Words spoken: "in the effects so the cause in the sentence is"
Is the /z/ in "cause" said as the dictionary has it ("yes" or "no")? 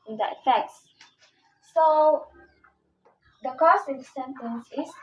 no